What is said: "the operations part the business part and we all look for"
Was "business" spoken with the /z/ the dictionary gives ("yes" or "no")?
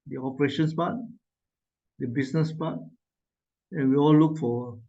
no